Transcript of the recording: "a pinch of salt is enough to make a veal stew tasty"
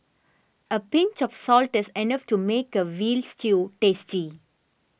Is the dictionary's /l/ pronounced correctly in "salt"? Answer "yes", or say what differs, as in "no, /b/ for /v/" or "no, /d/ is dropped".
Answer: yes